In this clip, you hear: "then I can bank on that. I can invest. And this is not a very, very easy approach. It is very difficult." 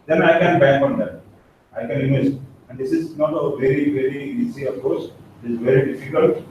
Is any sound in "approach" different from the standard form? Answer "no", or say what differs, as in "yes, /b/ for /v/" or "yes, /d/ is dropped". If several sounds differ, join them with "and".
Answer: yes, /ɹ/ is dropped and /s/ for /tʃ/